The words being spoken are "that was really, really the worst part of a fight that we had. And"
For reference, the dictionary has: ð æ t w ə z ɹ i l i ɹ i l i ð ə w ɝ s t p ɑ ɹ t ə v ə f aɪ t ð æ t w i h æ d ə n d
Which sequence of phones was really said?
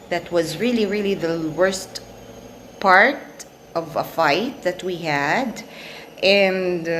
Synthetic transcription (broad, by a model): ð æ t w ə z ɹ i l i ɹ i l i ð ə w ɝ s t p ɑ ɹ t ə v ə f aɪ t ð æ t w i h æ d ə n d